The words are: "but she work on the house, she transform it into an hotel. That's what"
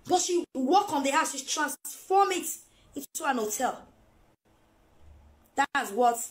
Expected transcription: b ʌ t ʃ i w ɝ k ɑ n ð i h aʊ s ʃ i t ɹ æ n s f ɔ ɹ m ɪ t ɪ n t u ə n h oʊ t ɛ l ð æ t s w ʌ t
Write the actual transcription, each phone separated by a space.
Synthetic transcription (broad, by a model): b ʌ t ʃ i w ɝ k ɑ n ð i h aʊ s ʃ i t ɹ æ n s f ɔ m ɪ t ɪ n t u ə n h oʊ t ɛ l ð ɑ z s w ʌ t